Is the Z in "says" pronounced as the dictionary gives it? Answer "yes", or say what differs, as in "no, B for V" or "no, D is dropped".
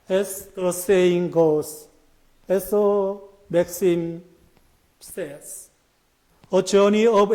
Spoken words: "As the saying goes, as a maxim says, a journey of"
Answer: no, S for Z